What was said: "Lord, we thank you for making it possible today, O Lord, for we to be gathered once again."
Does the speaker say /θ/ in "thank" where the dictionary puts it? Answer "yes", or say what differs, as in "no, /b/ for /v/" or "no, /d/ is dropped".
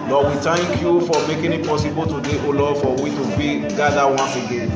no, /t/ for /θ/